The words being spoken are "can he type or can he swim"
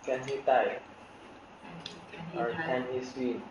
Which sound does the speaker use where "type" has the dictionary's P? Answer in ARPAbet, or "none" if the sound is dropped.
none